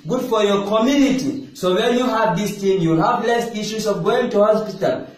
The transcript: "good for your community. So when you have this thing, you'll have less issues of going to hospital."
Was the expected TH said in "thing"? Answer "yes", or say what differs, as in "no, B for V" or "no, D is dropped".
no, T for TH